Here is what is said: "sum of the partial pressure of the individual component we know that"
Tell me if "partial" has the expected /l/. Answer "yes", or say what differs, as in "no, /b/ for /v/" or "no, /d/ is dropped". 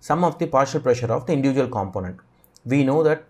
yes